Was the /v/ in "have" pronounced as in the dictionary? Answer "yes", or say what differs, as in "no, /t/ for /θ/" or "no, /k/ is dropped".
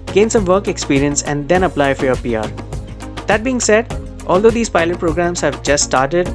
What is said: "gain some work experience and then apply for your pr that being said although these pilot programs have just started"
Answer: yes